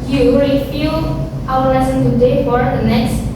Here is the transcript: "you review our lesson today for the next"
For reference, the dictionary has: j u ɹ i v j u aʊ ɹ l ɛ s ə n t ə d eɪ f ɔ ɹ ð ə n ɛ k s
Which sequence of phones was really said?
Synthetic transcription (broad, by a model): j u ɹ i f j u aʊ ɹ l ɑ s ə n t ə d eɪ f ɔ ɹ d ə n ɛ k s